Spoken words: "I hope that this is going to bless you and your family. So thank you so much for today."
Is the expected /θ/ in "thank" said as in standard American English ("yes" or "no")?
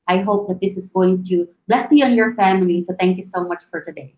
no